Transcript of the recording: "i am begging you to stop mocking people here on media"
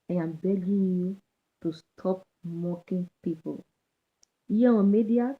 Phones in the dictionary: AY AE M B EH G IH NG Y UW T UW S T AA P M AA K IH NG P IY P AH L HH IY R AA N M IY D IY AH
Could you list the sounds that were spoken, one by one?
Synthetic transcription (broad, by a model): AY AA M B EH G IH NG Y UW T UW S T AA P M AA K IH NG P IY P AH L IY W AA M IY D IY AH